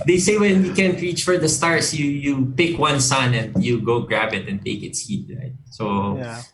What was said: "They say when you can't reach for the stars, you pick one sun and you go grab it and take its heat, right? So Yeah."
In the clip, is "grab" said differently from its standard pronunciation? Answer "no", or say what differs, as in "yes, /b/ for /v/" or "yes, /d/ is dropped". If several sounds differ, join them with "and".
no